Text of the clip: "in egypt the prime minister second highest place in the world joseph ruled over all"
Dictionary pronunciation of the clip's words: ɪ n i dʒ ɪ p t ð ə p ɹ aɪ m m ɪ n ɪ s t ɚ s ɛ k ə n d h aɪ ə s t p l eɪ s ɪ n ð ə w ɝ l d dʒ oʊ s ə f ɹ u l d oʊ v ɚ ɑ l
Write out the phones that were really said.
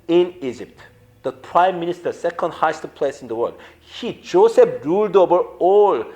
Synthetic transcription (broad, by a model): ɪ n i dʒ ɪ p t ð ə p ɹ aɪ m m ɪ n ɪ s t ɚ s ɛ k ə n d h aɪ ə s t p l eɪ s ɪ n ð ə w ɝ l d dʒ oʊ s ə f ɹ u l d oʊ v ɚ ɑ l